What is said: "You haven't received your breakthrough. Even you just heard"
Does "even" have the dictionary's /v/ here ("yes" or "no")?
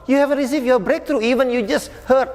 yes